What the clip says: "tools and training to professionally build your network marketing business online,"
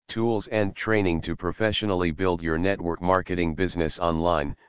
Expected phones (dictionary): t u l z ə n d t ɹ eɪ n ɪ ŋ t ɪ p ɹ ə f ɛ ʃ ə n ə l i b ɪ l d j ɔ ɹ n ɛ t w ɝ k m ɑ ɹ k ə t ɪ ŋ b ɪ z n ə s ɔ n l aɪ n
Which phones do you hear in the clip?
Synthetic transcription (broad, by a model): t u l z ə n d t ɹ eɪ n ɪ ŋ t ɪ p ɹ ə f ɛ ʃ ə n l i b ɪ l d j ɔ ɹ n ɛ t w ɝ k m ɑ ɹ k ə t ɪ ŋ b ɪ z n ə s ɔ n l aɪ n